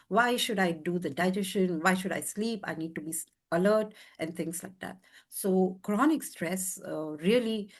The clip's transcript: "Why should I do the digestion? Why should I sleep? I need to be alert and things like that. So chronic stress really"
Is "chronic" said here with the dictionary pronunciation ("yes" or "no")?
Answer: yes